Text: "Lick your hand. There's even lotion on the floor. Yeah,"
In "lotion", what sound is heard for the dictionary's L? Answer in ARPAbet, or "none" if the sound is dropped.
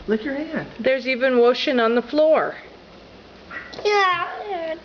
W